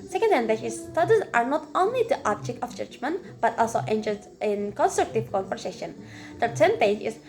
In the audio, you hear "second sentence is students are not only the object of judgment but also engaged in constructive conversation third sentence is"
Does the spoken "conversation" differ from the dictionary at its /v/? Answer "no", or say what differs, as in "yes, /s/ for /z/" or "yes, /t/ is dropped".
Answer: yes, /p/ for /v/